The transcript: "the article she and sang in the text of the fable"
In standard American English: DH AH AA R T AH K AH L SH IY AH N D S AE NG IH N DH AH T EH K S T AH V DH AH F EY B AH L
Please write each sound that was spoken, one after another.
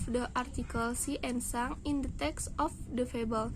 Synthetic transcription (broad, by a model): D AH AA R T AH K AH L S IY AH N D S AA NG IH N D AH T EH K S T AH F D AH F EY B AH L